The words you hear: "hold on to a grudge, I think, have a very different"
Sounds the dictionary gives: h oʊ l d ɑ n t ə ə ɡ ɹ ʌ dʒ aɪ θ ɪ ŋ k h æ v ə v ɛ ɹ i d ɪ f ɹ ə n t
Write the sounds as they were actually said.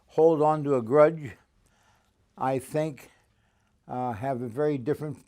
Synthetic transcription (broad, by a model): h oʊ l d n t ə ə ɡ ɹ ʌ dʒ aɪ θ ɪ ŋ k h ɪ v ə v ɛ ɹ i d ɪ f ɹ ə n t